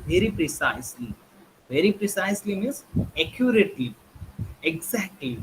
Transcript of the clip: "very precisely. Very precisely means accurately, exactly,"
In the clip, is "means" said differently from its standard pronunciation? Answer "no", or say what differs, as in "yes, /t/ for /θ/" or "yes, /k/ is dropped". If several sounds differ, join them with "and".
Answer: yes, /n/ is dropped